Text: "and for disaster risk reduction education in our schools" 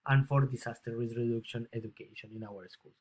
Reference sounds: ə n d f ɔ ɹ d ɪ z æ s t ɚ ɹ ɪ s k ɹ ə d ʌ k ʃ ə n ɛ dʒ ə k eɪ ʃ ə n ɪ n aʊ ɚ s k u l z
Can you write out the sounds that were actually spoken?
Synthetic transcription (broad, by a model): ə n f ɔ ɹ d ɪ s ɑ s t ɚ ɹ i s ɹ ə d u k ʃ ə n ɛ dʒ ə k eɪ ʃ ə n ɪ n aʊ ɚ s k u l